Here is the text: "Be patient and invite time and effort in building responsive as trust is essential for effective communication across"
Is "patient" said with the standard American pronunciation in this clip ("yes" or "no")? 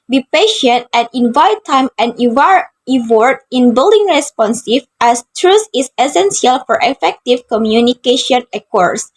yes